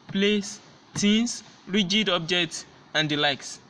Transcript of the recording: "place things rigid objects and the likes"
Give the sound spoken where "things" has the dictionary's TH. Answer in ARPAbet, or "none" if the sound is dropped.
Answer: T